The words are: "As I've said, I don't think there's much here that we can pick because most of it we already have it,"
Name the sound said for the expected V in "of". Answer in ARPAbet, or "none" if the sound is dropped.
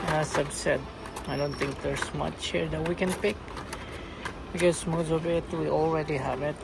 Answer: B